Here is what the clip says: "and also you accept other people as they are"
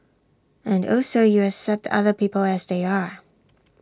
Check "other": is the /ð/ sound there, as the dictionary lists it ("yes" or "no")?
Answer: yes